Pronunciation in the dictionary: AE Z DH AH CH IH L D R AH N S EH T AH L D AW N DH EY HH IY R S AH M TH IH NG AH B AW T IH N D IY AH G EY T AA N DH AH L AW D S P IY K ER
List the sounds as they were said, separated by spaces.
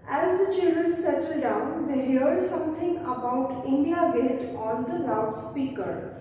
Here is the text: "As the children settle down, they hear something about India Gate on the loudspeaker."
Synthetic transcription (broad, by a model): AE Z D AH CH IH L D R AH N S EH T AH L D AW N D EY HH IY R S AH M T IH NG AH B AW T IH N D IY AH G EY T AA N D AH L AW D S P IY K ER